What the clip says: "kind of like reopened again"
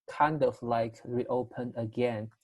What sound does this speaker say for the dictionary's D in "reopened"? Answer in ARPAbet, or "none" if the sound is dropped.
none